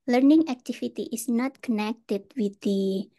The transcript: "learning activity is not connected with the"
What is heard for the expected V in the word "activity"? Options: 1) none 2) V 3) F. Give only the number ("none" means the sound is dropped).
3